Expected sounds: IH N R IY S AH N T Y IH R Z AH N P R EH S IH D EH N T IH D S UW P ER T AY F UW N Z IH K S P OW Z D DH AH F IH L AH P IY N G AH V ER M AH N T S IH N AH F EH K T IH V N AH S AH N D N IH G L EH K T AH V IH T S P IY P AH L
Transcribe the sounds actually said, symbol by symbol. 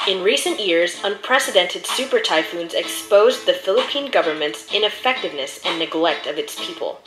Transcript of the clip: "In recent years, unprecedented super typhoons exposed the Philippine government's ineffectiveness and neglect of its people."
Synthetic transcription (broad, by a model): IH N R IY S AH N T Y IH R Z AH N P R EH S IH D EH N T IH D S UW P ER T AY F UW N Z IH K S P OW Z DH AH F IH L AH P IY N G AH V ER M AH N T S IH N AH F EH K T IH V N AH S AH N N IH G L EH K T AH V IH T S P IY P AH L